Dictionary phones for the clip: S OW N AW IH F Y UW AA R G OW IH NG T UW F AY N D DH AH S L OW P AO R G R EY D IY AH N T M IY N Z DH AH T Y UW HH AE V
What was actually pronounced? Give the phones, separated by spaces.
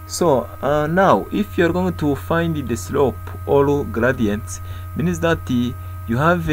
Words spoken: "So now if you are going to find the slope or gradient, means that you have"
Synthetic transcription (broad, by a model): S OW N AW IH F Y UW AA R G OW IH NG T UW F AY N D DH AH S L OW P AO L G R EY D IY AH N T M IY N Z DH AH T Y UW HH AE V